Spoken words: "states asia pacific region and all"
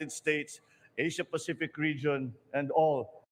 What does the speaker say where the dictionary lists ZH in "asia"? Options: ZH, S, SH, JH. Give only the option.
SH